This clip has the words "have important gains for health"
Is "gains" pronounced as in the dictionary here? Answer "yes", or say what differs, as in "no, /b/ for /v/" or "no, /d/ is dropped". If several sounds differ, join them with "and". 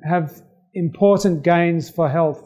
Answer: yes